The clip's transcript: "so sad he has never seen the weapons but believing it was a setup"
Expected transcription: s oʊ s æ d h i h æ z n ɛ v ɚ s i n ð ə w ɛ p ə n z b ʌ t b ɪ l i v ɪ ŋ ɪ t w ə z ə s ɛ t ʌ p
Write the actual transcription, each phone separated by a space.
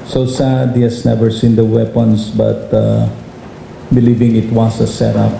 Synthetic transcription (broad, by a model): s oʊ s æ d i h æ s n ɛ v ɚ s i n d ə w ɛ p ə n s b ʌ t b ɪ l i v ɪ ŋ ɪ t w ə s ə s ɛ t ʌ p